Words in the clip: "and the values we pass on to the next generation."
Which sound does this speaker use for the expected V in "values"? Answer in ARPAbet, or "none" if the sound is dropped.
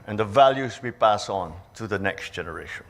V